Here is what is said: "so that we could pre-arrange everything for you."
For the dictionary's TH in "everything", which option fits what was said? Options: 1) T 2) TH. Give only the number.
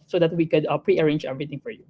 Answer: 1